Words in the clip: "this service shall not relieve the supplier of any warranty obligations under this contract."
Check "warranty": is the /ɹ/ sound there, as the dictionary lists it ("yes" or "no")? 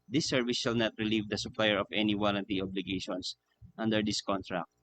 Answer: no